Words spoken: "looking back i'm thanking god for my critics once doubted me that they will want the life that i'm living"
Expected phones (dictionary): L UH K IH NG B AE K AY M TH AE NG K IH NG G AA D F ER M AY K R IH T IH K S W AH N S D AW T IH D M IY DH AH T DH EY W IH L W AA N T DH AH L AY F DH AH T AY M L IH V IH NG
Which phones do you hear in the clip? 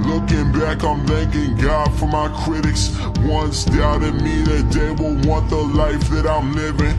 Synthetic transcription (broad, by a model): L UH K IH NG B AE K AY M TH AE NG K IH NG G AA D F ER M AY K R IH T IH K S W AH N S D AW T IH D M IY DH AH T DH EY W IH L W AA N DH AH L AY F DH AH T AY M L IH V IH NG